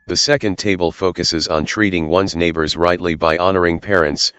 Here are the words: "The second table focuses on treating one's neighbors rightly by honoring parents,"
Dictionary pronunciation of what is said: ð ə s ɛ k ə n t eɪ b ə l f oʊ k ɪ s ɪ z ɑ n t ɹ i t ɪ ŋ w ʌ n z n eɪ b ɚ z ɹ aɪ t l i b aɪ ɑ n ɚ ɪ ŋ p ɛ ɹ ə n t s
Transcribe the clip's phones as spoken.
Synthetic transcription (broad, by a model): ð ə s ɛ k ə n t eɪ b ə l f oʊ k ɪ s ɪ z n t ɹ i t ɪ ŋ w ʌ n z n eɪ b ɚ z ɹ aɪ t l i b aɪ ɑ n ɚ ɪ ŋ p ɛ ɹ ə n t s